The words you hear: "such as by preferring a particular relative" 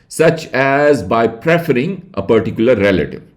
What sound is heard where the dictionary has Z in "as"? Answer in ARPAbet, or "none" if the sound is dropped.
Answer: Z